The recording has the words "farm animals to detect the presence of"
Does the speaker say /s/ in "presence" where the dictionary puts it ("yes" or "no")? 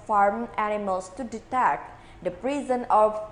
no